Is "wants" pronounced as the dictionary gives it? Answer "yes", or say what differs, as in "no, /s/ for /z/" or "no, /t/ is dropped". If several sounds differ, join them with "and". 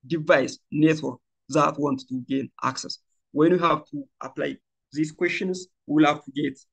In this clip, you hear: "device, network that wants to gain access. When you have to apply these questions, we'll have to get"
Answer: no, /s/ is dropped